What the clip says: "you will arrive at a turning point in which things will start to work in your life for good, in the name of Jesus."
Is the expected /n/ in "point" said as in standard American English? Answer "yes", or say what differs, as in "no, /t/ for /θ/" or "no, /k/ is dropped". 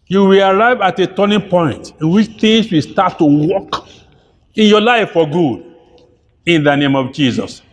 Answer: yes